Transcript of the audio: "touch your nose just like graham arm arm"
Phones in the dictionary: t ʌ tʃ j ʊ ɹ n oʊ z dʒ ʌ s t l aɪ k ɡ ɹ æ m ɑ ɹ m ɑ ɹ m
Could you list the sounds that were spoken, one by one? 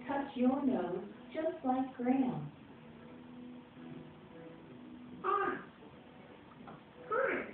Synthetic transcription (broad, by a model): t ʌ tʃ j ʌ ɹ n oʊ z dʒ ʌ s t l aɪ k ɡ ɹ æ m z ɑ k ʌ